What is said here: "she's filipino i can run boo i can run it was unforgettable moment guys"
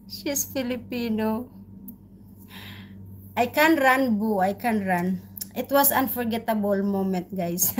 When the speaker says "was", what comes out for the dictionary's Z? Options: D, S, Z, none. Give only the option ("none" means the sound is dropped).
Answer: S